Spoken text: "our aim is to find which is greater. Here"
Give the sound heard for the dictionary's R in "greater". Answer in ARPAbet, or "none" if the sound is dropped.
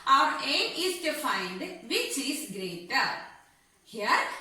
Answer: R